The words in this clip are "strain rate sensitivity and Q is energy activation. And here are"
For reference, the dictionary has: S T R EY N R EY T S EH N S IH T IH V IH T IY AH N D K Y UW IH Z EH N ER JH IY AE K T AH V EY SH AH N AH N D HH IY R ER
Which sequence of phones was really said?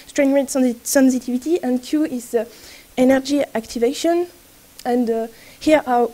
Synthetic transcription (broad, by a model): S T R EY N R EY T S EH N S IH T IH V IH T IY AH N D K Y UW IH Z EH N ER JH IY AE K T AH V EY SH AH N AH N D HH IY R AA